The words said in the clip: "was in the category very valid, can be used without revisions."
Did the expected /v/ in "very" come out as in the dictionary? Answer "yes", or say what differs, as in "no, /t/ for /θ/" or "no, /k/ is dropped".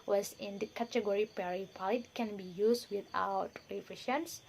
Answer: no, /p/ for /v/